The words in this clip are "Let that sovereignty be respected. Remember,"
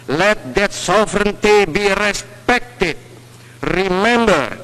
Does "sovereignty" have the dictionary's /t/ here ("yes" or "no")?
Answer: yes